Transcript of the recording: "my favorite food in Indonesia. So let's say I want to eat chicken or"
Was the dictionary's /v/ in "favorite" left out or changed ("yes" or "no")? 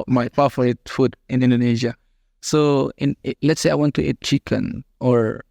yes